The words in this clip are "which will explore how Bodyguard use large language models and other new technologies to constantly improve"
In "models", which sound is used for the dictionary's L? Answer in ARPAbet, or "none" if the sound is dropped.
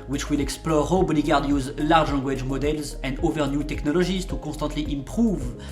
L